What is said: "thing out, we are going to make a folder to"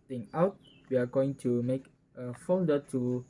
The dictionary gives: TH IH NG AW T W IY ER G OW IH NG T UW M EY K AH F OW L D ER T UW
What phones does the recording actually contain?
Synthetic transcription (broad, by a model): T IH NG AW T W IY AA G OW IH NG T UW M EY K AH F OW N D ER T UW